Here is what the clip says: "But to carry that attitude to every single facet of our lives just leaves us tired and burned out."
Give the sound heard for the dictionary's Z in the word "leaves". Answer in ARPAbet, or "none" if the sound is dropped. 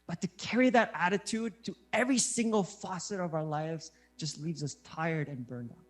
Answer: Z